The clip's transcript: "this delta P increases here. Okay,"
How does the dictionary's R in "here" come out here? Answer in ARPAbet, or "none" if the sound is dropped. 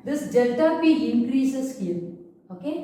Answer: L